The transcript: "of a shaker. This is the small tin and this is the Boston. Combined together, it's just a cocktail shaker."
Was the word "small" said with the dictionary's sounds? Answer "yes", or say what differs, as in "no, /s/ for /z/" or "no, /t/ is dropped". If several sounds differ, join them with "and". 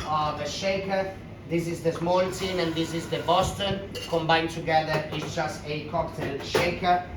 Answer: no, /n/ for /l/